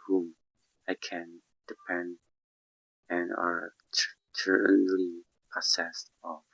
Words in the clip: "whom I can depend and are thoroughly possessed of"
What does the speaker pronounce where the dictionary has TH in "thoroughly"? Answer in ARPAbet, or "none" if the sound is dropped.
T